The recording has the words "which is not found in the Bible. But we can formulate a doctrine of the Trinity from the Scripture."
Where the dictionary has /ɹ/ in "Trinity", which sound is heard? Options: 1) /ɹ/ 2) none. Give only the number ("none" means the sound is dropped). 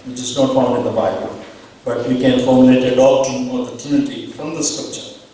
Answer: 2